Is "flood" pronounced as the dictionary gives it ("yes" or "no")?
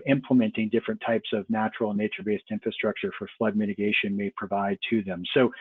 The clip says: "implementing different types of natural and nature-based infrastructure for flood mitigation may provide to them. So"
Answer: yes